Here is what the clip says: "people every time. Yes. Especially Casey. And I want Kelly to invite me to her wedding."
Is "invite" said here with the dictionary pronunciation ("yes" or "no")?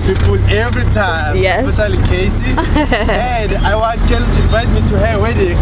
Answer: yes